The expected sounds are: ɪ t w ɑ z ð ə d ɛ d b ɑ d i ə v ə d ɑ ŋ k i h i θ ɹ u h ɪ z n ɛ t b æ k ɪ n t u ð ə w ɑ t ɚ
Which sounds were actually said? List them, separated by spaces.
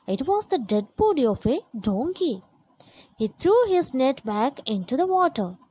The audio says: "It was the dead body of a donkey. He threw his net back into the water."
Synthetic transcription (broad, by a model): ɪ t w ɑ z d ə d ɛ d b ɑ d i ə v ə d ɑ ŋ k i h i t ɹ u h ɪ z n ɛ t b æ k ɪ n t u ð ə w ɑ t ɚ